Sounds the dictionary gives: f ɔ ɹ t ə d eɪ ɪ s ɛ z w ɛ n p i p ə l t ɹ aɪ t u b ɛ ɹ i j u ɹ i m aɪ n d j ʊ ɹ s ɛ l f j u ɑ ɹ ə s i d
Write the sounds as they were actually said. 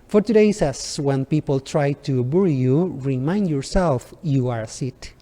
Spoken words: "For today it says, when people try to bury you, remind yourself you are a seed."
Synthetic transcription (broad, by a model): f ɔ ɹ t ə d eɪ ɪ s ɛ s w ɛ n p i p ə l t ɹ aɪ t u b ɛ ɹ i j u ɹ i m aɪ n d j ʊ ɹ s ɛ l f j u ɑ ɹ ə s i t